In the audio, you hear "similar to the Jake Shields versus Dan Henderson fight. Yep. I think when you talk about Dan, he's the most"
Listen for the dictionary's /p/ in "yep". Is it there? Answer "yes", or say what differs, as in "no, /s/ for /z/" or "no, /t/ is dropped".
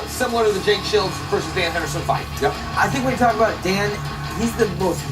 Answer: no, /p/ is dropped